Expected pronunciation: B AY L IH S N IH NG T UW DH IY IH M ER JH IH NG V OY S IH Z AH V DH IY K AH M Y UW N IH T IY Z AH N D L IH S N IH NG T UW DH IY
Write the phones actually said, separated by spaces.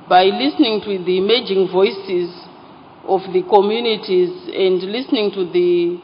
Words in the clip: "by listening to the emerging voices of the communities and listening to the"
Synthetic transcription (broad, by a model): B AY L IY S N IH NG T UW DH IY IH M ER JH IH NG V OY S IH Z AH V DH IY K AH M Y UW N IH T IY Z AH N D L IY S N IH NG T UW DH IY